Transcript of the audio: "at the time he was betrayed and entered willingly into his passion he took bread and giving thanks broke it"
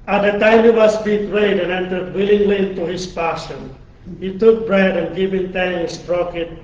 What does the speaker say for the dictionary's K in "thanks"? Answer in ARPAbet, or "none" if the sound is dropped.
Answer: none